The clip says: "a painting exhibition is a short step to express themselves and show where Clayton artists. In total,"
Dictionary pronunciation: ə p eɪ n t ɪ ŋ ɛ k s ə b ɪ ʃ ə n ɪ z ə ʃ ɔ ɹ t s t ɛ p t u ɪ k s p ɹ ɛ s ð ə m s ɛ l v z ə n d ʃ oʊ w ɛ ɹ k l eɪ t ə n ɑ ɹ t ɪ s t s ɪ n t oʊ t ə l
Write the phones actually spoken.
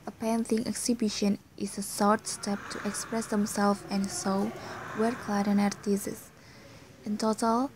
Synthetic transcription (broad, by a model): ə p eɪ n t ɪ ŋ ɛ k s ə b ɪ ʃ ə n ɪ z ə s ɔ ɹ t s t ɛ p t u ɪ k s p ɹ ɛ s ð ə m s ɛ l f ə n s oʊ w ɛ ɹ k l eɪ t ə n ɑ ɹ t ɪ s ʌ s ɪ n t oʊ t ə l